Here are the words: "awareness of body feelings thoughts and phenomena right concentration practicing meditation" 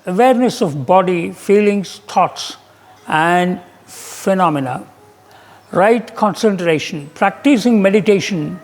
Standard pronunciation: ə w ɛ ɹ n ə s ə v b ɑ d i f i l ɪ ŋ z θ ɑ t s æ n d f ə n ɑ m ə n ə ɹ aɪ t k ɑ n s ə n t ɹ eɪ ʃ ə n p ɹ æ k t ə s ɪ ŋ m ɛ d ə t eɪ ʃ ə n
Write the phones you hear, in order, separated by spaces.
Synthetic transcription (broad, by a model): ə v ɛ ɹ n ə s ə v b ɑ d i f i l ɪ ŋ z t ɑ t s æ n d f ə n ɑ m ə n ə ɹ aɪ t k ɑ n s ə n t ɹ eɪ ʃ ə n p ɹ æ k t ə s ɪ ŋ m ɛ d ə t eɪ ʃ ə n